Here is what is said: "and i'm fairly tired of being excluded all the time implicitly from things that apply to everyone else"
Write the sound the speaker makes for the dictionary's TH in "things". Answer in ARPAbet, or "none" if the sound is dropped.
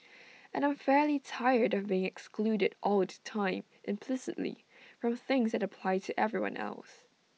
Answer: TH